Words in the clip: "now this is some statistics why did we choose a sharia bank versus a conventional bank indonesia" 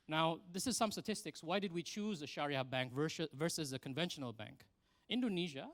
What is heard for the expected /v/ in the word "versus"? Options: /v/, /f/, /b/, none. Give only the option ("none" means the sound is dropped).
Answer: /v/